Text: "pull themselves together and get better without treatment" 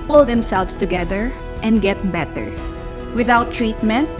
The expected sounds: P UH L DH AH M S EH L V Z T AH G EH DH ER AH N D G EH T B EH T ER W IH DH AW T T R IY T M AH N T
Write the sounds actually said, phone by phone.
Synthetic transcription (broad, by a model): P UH L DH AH M S EH L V S T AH G EH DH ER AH N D G EH T B EH T ER W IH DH AW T T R IY T M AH N T